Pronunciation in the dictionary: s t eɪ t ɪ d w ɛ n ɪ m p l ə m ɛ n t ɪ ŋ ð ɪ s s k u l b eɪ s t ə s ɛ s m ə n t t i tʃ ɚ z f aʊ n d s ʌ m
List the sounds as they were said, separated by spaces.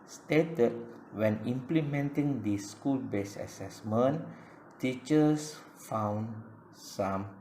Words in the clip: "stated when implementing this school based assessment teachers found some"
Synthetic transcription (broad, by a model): s t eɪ t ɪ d w ɛ n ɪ m p l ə m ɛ n t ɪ ŋ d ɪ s s k u l b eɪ s ə s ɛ s m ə n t t i tʃ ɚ s f aʊ n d s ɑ m